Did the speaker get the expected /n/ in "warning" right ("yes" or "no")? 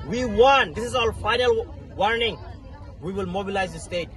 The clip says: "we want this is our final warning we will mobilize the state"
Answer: yes